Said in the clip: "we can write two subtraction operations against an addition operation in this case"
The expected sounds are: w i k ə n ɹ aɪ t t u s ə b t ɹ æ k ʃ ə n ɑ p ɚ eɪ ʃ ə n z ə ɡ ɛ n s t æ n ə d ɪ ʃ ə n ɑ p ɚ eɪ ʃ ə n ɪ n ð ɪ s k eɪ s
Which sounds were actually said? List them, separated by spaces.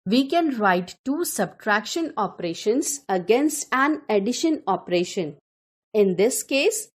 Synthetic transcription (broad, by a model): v i k ə n ɹ aɪ t t u s ə b t ɹ æ k ʃ ə n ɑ p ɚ eɪ ʃ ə n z ə ɡ ɛ n s t æ n ə d ɪ ʃ ə n ɑ p ɚ eɪ ʃ ə n ɪ n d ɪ s k eɪ s